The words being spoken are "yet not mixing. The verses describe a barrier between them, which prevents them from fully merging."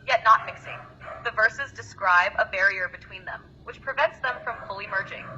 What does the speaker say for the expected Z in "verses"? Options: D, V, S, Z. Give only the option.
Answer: Z